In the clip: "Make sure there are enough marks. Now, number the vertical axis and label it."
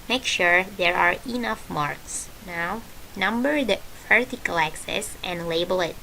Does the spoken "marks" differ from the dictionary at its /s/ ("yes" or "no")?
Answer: no